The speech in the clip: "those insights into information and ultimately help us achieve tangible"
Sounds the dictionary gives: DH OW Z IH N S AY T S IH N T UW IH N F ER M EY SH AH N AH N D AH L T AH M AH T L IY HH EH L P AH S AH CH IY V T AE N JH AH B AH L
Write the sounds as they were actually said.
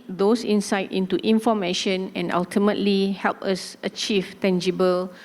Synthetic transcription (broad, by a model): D OW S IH N S AY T IH N T UW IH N F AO M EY SH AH N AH N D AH L T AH M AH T L IY HH EH L P AH S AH CH IY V T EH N JH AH B AH L